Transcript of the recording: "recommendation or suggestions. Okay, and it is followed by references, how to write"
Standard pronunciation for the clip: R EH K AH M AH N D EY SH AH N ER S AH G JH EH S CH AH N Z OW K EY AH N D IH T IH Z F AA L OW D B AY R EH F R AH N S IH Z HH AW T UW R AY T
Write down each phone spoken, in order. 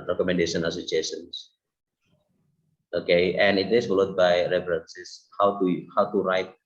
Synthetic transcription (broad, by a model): R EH K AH M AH N D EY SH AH N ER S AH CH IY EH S AH N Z OW K EY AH N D IH T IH S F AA L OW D B AY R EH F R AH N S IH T HH AW T UW R AY T